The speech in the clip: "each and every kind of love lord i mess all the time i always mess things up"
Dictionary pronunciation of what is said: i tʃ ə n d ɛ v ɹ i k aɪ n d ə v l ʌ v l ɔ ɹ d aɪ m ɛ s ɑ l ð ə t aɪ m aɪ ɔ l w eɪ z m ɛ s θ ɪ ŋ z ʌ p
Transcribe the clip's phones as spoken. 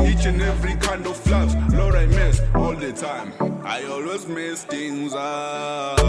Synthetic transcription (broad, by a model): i tʃ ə n ɛ v ɹ i k aɪ n d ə f l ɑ b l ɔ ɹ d aɪ m ɛ s ɑ l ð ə t aɪ m aɪ ɔ l w eɪ z m ɛ s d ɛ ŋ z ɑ